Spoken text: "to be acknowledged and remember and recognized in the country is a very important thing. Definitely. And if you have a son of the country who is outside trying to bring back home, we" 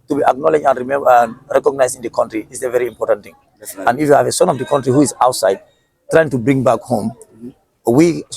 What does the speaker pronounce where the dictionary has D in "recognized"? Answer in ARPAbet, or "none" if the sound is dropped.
none